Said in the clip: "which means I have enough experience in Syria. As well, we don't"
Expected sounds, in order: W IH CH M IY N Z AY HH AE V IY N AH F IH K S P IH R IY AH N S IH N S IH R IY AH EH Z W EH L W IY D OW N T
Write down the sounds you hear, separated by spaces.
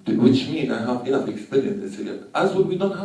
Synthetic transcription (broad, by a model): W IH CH M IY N AY HH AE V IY AH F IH K S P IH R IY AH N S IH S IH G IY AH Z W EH N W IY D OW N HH